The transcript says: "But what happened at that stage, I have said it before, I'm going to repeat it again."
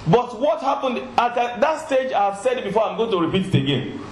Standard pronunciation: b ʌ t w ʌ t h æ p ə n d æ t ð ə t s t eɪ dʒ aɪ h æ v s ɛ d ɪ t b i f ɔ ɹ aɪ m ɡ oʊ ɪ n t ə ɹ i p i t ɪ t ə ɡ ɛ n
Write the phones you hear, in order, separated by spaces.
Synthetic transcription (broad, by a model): b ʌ t w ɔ t h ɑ p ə n d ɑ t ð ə t s t eɪ dʒ aɪ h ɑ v s ɛ d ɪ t b i f ɔ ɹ aɪ m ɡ oʊ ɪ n t ə ɹ i p i t ɪ t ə ɡ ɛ n